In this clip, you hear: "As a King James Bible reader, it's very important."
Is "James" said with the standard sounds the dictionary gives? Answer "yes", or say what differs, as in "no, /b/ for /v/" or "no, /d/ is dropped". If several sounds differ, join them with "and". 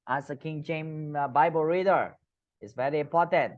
no, /z/ is dropped